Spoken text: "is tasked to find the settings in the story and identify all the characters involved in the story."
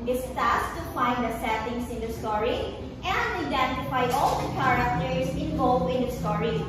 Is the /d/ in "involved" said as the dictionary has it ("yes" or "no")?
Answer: no